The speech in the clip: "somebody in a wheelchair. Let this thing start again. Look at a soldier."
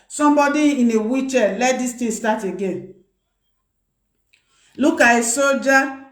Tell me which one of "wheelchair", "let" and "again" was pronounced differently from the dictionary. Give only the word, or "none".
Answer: wheelchair